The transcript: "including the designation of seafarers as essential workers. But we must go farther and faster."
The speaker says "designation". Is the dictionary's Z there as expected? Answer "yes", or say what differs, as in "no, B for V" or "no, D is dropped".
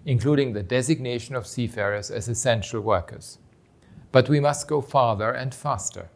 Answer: yes